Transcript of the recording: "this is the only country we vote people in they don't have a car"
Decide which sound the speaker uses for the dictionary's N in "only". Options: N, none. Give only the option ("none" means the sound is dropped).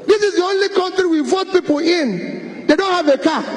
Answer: N